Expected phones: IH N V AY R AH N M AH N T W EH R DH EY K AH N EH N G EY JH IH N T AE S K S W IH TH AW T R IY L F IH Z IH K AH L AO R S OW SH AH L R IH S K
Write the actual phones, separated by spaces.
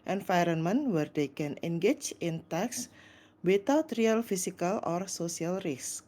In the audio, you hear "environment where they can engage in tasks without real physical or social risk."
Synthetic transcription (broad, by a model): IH N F AY R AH N M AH N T W EH R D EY K AH N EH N G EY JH IH N T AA K S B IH T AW T R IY L F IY S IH K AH L AO R S OW S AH L R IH S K